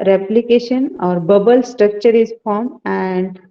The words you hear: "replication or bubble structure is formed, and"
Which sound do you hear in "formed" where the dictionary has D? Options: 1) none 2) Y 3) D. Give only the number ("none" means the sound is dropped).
1